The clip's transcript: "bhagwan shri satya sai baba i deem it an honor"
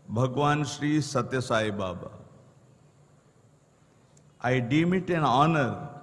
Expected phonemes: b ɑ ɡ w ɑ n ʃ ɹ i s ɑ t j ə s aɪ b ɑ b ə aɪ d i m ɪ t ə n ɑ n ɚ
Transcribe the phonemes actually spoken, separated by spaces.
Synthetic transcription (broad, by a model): b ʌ ɡ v ɑ n ʃ ɹ i s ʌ t j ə s aɪ b ɑ b ə aɪ d i m ɪ t ə n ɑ n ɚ